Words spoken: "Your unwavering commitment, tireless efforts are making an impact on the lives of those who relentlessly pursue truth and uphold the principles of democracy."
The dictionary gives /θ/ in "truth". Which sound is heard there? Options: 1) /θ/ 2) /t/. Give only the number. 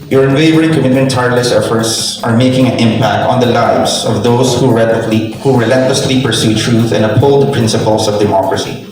1